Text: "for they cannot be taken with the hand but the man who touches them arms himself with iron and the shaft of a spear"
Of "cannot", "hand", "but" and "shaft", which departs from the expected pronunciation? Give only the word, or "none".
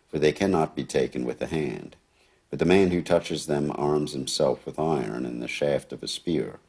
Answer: none